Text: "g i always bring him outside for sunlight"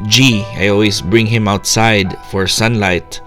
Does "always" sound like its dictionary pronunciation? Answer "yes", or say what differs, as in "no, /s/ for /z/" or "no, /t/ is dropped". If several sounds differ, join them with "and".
no, /s/ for /z/